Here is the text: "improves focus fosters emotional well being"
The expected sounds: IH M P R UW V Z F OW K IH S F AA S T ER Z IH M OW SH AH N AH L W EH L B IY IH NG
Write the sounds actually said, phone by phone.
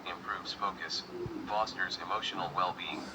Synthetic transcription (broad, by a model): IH M P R UW V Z F OW K IH S F AA S T ER Z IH M OW SH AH N L W EH L B IY IH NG